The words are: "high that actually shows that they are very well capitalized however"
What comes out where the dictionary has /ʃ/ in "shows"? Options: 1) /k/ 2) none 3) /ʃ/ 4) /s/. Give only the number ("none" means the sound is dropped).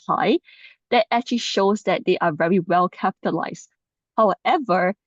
3